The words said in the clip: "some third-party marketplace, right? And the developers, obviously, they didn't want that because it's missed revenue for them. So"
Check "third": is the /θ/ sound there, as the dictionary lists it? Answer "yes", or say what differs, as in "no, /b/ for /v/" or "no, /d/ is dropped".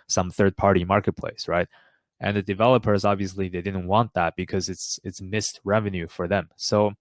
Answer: yes